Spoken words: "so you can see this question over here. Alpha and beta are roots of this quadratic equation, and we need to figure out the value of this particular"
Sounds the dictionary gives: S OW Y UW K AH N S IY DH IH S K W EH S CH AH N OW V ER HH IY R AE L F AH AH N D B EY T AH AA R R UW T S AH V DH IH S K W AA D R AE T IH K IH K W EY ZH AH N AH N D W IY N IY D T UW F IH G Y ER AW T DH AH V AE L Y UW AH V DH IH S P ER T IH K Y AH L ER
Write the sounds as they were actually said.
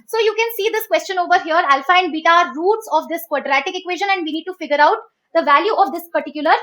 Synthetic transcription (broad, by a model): S OW Y UW K AH N S IY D IH S K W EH S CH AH N OW V ER HH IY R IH L F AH AH N D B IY T AA R R UW T S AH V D IH S K W AA D R AE T IH K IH K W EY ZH AH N AH N D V IY N IY D T UW F IH G Y ER AW T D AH V AE L Y UW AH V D IH S P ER T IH K Y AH L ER